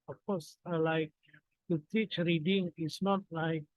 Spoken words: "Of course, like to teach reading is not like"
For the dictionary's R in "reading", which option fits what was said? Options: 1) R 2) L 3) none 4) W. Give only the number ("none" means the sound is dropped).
1